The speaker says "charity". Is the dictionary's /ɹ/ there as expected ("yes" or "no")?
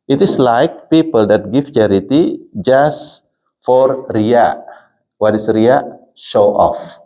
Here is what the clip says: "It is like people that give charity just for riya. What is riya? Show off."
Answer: yes